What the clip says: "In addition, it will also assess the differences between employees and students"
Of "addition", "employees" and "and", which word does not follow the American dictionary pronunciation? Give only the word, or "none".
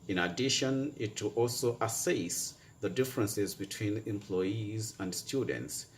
none